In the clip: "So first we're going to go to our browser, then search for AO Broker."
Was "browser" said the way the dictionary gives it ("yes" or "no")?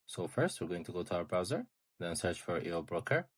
yes